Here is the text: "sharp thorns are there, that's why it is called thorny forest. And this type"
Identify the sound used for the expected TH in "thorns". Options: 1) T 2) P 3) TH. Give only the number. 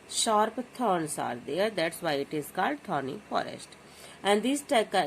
1